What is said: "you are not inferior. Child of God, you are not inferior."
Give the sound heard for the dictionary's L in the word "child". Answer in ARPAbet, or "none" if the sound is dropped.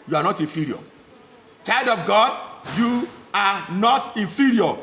L